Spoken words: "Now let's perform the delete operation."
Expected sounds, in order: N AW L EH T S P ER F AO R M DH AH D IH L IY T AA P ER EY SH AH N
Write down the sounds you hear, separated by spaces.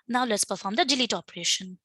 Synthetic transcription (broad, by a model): N AW L EH T S P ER F AO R M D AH D IH L IY T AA P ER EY SH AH N